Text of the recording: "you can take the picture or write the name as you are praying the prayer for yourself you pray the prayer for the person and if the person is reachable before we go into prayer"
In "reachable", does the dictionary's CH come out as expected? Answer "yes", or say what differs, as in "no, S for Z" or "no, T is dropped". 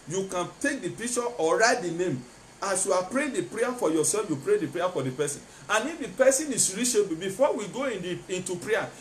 no, SH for CH